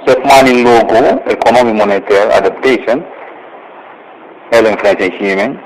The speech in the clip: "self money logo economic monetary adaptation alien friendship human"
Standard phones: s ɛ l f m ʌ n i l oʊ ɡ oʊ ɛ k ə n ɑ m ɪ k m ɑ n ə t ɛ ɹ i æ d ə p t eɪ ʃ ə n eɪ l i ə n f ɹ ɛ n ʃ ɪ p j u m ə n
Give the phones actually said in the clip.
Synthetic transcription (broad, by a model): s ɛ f m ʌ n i l oʊ ɡ oʊ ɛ k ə n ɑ m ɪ m ɑ n ə t ɛ ɹ i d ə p t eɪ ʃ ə n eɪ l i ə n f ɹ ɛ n s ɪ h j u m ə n